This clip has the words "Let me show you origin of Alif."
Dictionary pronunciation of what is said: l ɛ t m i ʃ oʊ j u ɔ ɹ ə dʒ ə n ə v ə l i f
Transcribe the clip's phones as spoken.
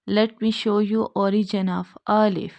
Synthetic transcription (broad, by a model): l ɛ t m i ʃ oʊ j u ɔ ɹ ə dʒ ə n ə f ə l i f